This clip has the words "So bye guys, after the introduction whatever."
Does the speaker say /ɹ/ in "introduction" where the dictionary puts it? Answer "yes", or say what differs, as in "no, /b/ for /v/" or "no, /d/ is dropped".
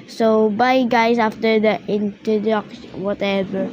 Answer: no, /ɹ/ is dropped